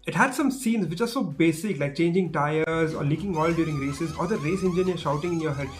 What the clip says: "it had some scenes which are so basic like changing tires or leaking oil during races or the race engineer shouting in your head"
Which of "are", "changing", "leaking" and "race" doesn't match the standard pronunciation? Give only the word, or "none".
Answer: none